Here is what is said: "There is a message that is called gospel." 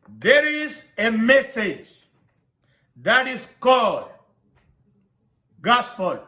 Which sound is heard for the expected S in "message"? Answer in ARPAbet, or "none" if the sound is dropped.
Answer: S